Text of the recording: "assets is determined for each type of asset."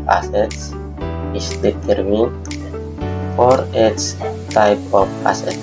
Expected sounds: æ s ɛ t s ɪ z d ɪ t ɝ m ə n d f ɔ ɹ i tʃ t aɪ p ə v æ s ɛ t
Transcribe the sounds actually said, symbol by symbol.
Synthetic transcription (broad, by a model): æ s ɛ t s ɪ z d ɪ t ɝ m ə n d f ɔ ɹ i s t aɪ p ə p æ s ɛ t